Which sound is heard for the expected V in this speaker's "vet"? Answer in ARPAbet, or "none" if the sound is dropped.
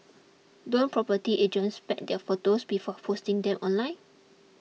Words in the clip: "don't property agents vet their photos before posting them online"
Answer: P